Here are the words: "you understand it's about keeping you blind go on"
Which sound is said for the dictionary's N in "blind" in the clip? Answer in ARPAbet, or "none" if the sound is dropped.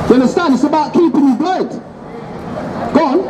none